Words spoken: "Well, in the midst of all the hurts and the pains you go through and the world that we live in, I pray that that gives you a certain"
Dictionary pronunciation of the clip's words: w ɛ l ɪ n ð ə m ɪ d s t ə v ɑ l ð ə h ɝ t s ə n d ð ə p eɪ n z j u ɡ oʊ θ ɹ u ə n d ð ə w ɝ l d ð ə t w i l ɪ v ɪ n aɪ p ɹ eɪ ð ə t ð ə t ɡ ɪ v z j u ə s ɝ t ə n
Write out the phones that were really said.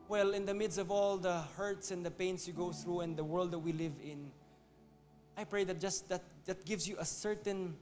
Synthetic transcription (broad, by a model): w ɛ l ɪ n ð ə m ɪ d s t ə v ɑ l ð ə h ɝ t s ə n d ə p eɪ n s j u ɡ oʊ θ ɹ u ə n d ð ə w ɝ l d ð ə t w i l ɪ v ɪ n aɪ p ɹ eɪ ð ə t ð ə t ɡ ɪ v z j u ə s ɝ t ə n